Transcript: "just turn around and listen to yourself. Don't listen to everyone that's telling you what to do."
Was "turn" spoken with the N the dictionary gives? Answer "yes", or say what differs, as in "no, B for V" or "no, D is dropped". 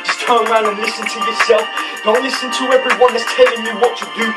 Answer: no, N is dropped